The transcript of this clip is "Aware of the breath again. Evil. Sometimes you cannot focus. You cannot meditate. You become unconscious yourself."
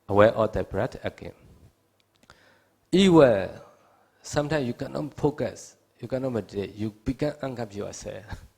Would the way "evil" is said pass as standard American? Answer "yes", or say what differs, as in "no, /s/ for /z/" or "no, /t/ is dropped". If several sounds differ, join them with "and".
no, /w/ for /v/